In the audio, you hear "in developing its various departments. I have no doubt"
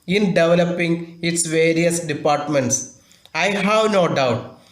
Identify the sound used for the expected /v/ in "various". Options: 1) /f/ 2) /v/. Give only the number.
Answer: 2